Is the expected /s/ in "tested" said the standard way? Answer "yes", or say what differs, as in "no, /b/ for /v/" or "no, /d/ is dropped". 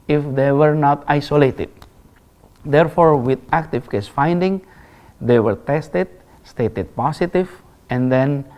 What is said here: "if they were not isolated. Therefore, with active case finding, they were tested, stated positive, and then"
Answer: yes